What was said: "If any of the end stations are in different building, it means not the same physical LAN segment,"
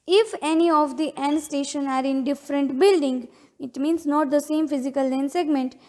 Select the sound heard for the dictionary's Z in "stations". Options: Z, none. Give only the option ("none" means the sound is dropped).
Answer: none